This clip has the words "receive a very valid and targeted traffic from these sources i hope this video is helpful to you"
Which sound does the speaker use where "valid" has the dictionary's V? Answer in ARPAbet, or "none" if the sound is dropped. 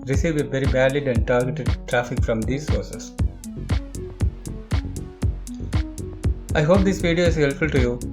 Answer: B